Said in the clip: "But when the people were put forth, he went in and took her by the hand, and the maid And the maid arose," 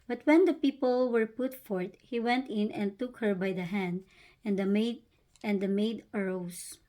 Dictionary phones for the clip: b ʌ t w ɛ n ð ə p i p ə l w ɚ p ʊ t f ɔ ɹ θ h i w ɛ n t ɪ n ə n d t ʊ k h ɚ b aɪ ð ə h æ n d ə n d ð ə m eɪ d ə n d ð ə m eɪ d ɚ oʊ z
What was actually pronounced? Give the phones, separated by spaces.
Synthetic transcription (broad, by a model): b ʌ t w ɛ n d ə p i p ə l w ɚ p ʊ t f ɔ ɹ t h i w ɛ n t ɪ n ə n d t ʊ k h ɚ b aɪ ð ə h æ n d ə n d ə m eɪ d ə n d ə m eɪ d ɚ oʊ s